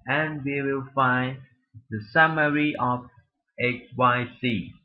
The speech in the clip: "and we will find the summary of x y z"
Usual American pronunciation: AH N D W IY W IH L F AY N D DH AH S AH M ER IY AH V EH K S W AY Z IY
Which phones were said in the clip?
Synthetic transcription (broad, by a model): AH N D W IY W IH L F AY N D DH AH S AH M ER IY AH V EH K W AY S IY